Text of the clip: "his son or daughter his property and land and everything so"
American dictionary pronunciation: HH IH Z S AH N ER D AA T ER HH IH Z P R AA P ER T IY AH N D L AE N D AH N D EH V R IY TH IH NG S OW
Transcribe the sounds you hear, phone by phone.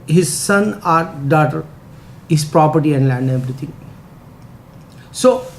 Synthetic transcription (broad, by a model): HH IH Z S AH N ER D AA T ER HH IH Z P R AA P ER T IY AH N D L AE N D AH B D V R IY T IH NG S OW